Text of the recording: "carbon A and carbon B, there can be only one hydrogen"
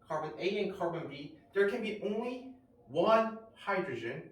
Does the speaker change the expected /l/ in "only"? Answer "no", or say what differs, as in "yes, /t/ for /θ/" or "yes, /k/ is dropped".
no